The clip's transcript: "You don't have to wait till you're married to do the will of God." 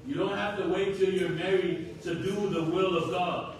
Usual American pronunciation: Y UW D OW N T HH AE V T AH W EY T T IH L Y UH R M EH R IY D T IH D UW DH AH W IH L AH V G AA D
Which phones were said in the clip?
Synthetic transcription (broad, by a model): Y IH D OW N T HH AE F T AH W EY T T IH Y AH R M EH R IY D T IH D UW DH AH W IH L AH V G AA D